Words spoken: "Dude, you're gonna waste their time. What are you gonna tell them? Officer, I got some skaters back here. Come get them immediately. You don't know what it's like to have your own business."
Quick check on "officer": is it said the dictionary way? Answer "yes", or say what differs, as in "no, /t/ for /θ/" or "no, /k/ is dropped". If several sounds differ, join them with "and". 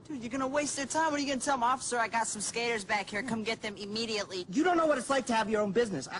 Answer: yes